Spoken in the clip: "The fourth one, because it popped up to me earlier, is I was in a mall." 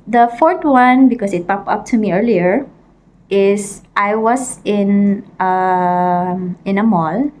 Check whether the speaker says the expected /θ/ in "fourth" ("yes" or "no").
no